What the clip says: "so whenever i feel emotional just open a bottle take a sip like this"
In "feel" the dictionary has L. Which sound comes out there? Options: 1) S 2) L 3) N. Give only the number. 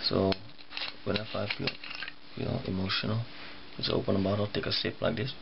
3